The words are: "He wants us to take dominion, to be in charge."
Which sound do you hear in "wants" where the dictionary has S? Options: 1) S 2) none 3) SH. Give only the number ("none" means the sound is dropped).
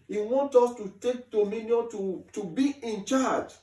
2